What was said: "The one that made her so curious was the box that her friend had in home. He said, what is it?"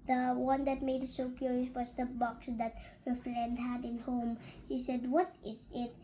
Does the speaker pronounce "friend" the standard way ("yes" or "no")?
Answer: no